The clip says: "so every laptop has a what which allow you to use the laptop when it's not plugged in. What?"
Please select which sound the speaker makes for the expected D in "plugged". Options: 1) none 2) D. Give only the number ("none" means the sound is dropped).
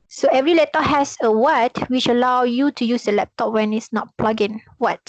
1